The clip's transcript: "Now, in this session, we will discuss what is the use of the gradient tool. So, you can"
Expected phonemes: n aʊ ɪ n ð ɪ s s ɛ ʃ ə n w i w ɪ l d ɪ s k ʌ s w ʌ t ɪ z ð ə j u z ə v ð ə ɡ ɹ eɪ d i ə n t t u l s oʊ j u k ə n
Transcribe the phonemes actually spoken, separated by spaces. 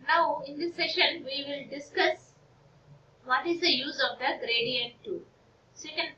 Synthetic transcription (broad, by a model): n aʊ ɪ n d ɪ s s ɛ ʃ ə n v i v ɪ l d ɪ s k ʌ s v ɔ t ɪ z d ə j u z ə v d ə ɡ ɹ eɪ d i ə n t t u s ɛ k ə n